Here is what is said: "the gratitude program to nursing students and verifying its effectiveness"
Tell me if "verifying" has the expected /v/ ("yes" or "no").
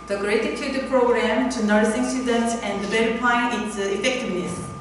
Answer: no